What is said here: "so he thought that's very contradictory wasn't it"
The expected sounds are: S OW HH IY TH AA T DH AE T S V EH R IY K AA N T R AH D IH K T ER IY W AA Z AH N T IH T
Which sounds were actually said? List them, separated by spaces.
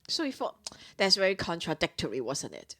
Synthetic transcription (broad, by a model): S OW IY F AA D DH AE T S V EH R IY K AA N T R AH D IH K T ER IY W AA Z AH N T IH T